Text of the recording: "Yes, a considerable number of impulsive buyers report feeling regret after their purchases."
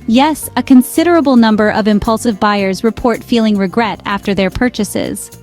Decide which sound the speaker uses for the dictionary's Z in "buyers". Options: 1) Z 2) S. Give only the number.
1